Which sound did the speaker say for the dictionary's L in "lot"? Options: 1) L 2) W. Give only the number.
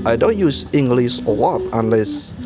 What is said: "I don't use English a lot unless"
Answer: 2